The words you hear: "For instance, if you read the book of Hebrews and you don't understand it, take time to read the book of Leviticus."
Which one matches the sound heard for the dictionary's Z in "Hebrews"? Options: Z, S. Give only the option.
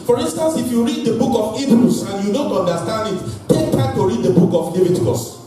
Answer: S